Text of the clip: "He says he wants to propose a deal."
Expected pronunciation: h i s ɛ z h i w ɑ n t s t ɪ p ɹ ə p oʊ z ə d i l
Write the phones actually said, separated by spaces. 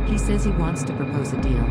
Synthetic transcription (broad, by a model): h i s ɛ z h i w ɑ n t s t ɪ p ɹ ə p oʊ z ə d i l